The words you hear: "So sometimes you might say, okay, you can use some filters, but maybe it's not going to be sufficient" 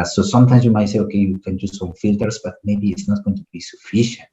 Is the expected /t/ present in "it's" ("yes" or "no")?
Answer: yes